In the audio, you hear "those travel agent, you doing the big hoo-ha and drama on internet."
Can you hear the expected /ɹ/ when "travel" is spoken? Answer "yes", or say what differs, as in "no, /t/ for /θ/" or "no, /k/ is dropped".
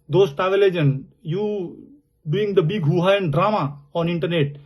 no, /ɹ/ is dropped